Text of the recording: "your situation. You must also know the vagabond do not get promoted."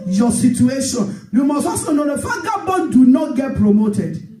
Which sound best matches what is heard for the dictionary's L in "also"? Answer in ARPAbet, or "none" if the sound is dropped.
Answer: none